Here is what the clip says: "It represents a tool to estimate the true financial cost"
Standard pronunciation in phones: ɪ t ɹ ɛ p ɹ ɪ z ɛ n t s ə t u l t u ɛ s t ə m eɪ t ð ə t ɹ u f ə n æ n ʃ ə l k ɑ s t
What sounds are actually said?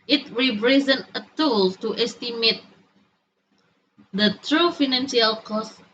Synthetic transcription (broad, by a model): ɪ t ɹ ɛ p ɹ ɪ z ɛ n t ə t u l t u ɛ s t ə m eɪ t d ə t ɹ u f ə n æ n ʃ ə l k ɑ s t